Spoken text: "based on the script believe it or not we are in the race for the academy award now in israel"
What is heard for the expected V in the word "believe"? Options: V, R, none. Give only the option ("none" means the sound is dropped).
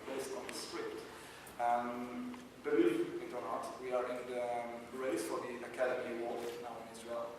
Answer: none